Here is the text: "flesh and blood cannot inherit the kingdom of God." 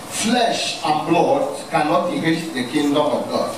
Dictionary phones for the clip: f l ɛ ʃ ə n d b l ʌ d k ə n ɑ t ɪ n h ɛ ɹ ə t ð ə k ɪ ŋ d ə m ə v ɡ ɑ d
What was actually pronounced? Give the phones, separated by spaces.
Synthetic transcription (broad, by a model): f l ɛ ʃ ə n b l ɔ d k ə n ɑ t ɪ h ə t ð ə k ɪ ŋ d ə m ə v ɡ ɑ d